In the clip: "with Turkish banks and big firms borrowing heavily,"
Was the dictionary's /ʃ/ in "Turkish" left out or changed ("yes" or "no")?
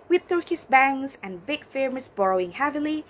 yes